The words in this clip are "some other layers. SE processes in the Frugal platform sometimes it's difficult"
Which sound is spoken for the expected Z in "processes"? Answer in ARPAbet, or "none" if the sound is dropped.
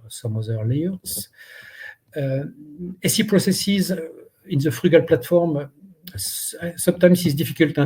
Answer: Z